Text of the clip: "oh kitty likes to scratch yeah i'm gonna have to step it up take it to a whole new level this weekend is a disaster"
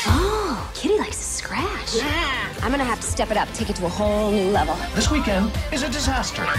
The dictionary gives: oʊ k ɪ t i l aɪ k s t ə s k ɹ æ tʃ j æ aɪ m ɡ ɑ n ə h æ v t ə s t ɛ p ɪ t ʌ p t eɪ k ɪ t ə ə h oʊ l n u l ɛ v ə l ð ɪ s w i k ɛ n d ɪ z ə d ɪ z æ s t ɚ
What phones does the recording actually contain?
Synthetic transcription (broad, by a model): oʊ k ɪ t i l aɪ k s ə s k ɹ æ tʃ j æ aɪ m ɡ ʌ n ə h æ f t ə s t ɛ p ɪ t ʌ p t eɪ k ɪ t ə ə h oʊ l l ɛ v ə l ð ɪ s w i k ɛ n d ɪ z ə d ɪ z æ s t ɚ